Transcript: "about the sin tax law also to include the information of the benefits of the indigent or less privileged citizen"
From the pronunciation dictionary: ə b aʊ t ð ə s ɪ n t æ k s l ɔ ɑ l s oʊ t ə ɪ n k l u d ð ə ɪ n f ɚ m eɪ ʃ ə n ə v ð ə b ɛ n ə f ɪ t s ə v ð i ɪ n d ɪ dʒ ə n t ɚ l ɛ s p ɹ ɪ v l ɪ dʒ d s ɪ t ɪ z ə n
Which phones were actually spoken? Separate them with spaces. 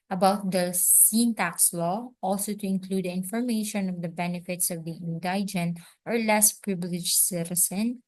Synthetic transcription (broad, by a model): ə b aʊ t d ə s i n t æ k s l ɔ ɑ l s oʊ t ə ɪ n k l u d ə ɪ n f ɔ m eɪ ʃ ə n ə v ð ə b ɛ n ə f ɪ t s ə v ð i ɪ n d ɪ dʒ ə n t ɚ l ɛ s p ɹ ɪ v l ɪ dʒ s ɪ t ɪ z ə n